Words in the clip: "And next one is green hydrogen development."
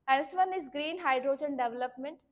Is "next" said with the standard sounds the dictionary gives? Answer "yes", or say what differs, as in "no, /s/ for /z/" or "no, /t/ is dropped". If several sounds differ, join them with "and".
no, /k/ is dropped